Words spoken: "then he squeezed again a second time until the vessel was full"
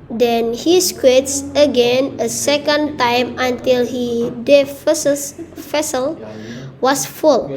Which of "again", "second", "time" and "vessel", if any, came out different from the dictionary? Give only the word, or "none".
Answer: vessel